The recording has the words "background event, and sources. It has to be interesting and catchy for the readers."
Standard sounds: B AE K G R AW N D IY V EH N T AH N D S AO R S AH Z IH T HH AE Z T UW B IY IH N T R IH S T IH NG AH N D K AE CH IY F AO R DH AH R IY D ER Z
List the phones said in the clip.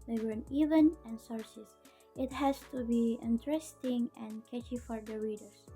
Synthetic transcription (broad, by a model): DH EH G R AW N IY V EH N AH N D S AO R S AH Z IH T HH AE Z T UW B IY IH N T R IH S T IH NG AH N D K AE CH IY F AO R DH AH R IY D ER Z